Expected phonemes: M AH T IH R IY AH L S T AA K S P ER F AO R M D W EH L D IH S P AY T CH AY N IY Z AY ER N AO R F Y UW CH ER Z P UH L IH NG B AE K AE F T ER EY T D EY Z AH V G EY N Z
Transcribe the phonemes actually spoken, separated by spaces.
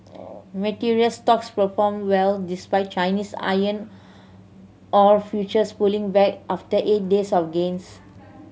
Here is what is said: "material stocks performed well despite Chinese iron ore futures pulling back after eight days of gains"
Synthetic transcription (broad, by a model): M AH T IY R IY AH L S T AA K S P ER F AO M W EH L D IH S P AY T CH AY N IY S AY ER N AO R F Y UW CH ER S P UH L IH NG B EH K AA F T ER EY T D EY S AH F G EY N S